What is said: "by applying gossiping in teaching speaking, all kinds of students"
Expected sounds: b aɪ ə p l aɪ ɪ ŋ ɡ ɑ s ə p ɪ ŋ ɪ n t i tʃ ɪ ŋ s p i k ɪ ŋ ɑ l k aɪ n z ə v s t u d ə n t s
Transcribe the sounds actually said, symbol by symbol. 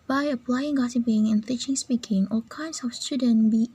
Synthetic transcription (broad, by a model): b aɪ ə p l aɪ ɪ ŋ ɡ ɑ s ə b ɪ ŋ ɪ n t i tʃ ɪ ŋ s p i k ɪ ŋ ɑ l k aɪ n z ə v s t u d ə n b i